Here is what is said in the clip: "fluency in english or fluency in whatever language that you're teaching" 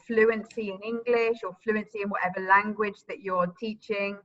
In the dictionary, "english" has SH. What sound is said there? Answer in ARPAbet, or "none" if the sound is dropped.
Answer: SH